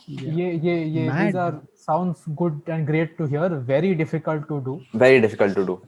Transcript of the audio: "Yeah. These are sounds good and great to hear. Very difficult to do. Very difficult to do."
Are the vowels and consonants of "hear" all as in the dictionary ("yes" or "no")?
yes